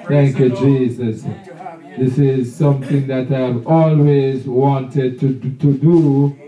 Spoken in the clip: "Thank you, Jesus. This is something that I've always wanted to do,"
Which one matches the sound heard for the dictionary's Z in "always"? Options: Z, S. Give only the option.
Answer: Z